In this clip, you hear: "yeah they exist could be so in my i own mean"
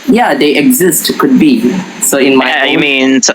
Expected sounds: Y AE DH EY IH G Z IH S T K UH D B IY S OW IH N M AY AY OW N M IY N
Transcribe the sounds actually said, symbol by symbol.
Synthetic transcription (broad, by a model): Y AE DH EY IH G Z IH S T K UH D B IY S OW IH N M AY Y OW M IY N